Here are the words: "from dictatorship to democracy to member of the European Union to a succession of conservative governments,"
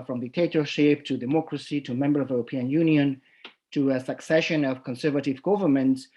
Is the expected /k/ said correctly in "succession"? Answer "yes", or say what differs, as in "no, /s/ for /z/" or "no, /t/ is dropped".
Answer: yes